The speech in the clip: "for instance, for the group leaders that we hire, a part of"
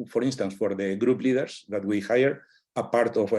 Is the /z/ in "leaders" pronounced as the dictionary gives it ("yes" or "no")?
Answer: no